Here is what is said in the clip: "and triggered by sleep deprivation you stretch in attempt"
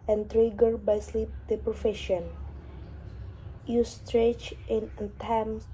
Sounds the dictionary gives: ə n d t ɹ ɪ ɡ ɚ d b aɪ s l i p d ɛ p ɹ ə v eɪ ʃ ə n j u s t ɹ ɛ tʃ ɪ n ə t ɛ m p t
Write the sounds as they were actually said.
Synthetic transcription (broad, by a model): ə n t ɹ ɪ ɡ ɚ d b aɪ s l i p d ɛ p ɹ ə f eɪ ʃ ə n j u s t ɹ ɛ tʃ ɪ n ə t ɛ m